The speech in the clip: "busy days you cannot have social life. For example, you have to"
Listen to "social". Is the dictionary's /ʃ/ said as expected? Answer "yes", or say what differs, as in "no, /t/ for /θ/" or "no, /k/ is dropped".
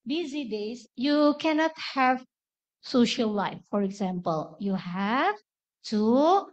yes